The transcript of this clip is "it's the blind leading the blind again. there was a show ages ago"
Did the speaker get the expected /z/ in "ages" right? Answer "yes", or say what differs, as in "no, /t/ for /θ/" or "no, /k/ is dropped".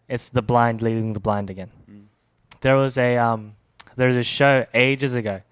yes